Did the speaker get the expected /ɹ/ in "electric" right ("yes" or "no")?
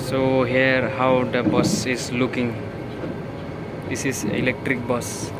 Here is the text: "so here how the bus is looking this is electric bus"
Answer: yes